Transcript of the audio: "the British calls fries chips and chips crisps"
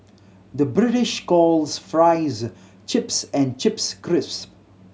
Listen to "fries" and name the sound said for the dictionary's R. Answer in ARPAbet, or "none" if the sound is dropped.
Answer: R